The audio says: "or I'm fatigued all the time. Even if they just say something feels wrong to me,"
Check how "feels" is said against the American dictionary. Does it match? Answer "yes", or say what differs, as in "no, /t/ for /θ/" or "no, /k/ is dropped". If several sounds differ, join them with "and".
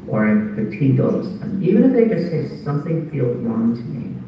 no, /z/ is dropped